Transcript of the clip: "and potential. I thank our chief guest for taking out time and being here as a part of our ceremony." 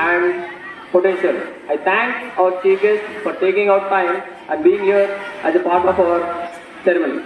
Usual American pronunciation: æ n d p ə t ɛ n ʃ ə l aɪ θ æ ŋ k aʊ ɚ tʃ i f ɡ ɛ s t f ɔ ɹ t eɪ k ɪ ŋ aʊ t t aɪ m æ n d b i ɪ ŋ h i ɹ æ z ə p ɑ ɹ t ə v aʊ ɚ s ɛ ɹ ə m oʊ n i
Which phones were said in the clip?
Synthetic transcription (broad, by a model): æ n d p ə t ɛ n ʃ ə l aɪ t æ ŋ k aʊ ɚ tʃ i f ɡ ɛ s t f ɔ ɹ t eɪ k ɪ ŋ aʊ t t aɪ m æ n d b i ɪ ŋ h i ɹ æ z ə p ɑ ɹ t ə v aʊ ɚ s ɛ ɹ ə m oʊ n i